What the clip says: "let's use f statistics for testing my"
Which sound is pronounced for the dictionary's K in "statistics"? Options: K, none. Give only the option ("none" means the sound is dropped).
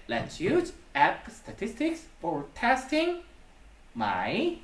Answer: K